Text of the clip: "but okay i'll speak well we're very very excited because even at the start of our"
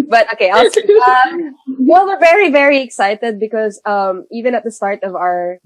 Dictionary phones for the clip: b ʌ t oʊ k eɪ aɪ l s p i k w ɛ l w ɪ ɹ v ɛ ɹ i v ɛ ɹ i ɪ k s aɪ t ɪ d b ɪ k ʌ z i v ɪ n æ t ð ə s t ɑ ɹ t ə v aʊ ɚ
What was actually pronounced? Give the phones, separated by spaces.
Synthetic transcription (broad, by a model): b ʌ t oʊ k eɪ aɪ l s ʌ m w ɛ l w ɪ ɹ v ɛ ɹ i v ɛ ɹ i ɪ k s aɪ t ɪ d b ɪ k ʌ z i v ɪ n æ t ð ə s t ɑ ɹ t ə v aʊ ɚ